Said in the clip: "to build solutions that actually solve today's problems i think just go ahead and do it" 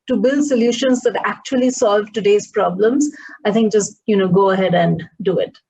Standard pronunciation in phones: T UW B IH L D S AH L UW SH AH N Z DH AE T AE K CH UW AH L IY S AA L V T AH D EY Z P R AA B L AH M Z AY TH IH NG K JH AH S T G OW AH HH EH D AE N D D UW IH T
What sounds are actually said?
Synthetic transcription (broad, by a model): T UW B IH L D S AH L UW SH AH N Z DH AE T AE K CH UW AH L IY S AA L V T AH D EY Z P R AA B L AH M Z AY T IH NG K JH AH S T G OW AH HH EH D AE N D D UW IH T